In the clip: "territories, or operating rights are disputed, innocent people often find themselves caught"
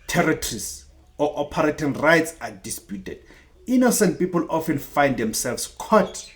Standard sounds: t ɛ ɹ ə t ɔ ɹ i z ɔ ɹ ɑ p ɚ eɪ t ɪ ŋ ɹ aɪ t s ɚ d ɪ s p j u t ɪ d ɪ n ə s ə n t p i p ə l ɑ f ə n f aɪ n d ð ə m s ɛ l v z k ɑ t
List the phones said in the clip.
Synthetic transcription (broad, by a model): t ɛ ɹ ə t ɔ ɹ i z ɔ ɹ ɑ p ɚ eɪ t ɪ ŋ ɹ aɪ t s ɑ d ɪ s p j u t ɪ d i n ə s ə n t p i p ə l ɑ f ə n f aɪ n d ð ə m s ɛ l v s k ɑ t